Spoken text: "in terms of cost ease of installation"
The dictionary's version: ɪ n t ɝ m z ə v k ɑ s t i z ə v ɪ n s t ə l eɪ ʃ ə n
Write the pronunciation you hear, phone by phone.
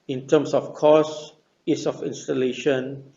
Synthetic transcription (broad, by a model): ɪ n t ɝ m s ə f k ɑ s i s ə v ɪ n s t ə l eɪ ʃ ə n